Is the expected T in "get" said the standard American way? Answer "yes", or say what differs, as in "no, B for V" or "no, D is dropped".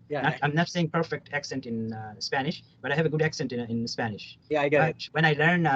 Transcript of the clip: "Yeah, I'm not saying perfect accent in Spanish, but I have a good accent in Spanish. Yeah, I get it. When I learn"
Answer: no, T is dropped